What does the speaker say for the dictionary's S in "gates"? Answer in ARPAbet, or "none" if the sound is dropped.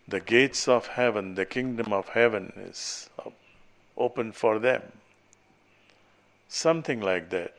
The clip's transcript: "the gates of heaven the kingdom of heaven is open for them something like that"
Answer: S